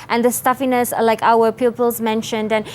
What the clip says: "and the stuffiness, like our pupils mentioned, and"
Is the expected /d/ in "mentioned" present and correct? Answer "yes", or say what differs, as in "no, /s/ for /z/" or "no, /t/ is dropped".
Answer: yes